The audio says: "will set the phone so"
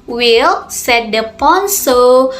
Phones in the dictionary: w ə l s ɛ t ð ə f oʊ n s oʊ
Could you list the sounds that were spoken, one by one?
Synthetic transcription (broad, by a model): w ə l s ɛ t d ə p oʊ n s oʊ